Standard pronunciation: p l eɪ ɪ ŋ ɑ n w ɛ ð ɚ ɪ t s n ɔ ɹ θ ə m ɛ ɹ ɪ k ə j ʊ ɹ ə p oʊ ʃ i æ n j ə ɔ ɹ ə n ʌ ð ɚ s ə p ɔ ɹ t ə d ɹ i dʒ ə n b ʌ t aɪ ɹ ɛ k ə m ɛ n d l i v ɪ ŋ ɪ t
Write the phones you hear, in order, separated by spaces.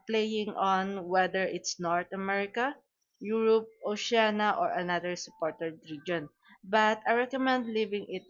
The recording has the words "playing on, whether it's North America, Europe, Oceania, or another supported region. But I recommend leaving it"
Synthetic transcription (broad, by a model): p l eɪ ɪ ŋ ɑ n w ɛ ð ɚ ɪ t s n ɔ ɹ t ə m ɛ ɹ ɪ k ə j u ɹ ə p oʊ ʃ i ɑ n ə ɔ ɹ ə n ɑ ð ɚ s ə p ɔ ɹ t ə d ɹ i dʒ ə n b ʌ t aɪ ɹ ɛ k ə m ɛ n d l i v ɪ ŋ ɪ t